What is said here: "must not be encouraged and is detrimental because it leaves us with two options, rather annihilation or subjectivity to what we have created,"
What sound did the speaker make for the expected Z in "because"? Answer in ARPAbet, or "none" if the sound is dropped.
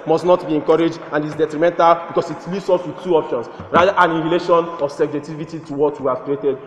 S